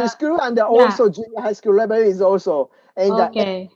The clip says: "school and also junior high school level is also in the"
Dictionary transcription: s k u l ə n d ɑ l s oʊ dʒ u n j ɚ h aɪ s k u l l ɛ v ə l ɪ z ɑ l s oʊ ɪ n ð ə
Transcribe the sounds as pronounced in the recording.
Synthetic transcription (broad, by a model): s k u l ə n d ɑ l s oʊ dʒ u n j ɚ h aɪ s k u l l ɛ b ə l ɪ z ɑ l s oʊ ɪ n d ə